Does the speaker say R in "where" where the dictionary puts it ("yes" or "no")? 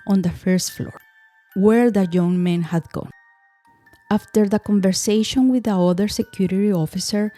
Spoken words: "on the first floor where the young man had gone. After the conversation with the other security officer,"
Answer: yes